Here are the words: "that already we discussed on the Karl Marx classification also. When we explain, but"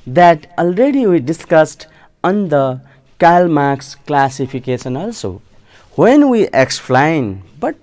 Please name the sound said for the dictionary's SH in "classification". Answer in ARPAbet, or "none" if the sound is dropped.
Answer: S